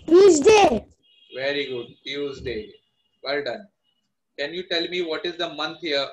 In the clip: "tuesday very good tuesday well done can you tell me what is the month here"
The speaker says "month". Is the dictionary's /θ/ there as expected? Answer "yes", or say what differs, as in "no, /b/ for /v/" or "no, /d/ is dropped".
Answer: no, /t/ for /θ/